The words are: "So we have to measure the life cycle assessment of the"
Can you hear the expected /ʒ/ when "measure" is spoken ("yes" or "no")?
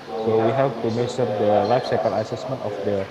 no